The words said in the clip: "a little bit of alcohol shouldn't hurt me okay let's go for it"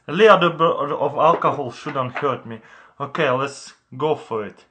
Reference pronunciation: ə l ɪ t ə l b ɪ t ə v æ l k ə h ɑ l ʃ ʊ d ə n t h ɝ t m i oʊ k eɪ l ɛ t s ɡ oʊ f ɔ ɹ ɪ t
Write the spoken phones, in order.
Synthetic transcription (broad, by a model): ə l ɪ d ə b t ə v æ l k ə h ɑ l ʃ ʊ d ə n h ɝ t m i oʊ k eɪ l ɛ t s ɡ oʊ f ɔ ɹ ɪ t